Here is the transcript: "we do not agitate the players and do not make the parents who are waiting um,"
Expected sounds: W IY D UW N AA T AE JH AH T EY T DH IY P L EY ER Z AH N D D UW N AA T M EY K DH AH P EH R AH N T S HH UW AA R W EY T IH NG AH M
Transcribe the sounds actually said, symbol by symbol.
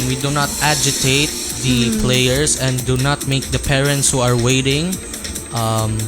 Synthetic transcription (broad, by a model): W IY D UW N AA T AE JH AH T EY T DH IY P L EY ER S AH N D D UW N AA T M EY K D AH P EH R AH N T S HH UW AA R W EY T IH NG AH M